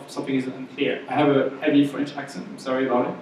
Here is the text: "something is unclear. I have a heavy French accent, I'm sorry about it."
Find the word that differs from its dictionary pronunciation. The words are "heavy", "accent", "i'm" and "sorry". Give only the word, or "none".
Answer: accent